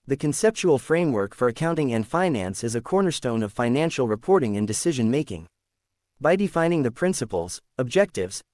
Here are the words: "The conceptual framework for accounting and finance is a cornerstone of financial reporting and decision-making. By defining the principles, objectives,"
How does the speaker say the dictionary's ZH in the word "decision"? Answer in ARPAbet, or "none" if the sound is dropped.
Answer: ZH